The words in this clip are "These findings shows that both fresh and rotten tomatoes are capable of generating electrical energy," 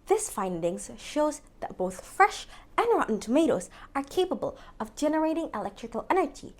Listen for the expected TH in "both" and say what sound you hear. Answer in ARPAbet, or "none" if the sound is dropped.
TH